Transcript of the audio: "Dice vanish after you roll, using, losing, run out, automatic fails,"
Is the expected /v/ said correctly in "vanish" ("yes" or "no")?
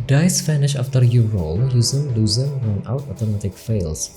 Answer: no